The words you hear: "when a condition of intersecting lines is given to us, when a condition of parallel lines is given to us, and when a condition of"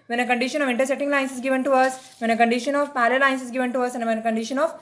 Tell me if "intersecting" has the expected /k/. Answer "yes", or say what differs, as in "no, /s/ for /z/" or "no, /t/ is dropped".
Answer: no, /k/ is dropped